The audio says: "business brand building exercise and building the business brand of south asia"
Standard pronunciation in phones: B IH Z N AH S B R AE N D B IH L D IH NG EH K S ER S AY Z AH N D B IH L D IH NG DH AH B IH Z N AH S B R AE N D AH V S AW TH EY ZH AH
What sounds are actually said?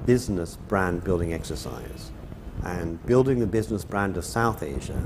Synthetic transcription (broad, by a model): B IH Z N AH S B R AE N B IH L D IH NG EH K S ER S AY Z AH N B IH L D IH NG DH AH B IH Z N AH S B R AE N D AH V S AW TH EY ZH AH